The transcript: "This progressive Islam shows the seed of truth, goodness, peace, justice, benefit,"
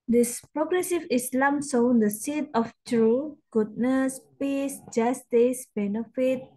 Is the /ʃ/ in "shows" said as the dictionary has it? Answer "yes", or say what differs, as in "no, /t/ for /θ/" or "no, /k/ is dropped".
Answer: no, /s/ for /ʃ/